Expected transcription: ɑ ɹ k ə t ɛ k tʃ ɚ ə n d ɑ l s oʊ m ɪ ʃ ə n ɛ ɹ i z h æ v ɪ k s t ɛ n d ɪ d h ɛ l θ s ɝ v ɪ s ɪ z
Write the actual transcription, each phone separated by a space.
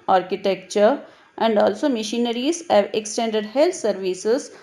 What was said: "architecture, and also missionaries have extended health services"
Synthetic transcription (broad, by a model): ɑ ɹ k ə t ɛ k tʃ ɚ ə n d ɑ l s oʊ m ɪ ʃ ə n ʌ ɹ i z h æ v ɪ k s t ɛ n d ɪ d h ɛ l t s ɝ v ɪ s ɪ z